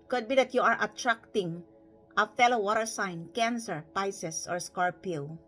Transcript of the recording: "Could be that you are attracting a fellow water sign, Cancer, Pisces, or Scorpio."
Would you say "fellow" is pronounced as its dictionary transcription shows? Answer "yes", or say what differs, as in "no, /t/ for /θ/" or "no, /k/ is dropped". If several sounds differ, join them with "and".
yes